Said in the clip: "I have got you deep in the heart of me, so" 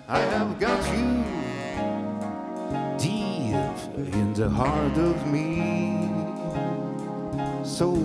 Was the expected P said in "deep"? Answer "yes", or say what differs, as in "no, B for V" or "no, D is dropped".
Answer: no, P is dropped